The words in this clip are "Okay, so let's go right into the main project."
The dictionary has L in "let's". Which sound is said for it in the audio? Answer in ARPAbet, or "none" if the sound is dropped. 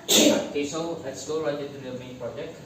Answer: W